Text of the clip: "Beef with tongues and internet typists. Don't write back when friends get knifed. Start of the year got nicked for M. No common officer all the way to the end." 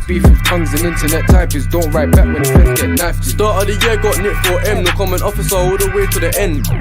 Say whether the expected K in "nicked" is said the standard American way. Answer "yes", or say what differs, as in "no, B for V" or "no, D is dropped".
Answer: no, K is dropped